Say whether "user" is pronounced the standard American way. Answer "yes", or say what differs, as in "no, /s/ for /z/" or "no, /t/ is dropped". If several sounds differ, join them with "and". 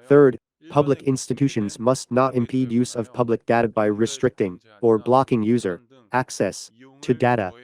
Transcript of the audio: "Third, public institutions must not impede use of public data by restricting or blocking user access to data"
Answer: yes